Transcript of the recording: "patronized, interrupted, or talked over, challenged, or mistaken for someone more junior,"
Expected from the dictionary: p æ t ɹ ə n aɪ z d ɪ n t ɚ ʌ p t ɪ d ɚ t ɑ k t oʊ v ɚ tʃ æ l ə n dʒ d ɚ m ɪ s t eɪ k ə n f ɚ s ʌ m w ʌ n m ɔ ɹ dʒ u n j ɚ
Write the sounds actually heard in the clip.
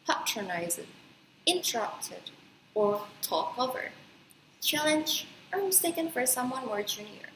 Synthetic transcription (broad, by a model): p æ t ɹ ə n aɪ z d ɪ n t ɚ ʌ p t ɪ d ɚ t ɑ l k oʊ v ɚ tʃ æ l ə n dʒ ɚ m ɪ s t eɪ k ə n f ɚ s ʌ m w ʌ n m ɔ ɹ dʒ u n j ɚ